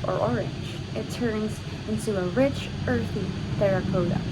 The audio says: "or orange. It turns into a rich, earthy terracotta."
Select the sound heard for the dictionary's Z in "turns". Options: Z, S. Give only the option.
Z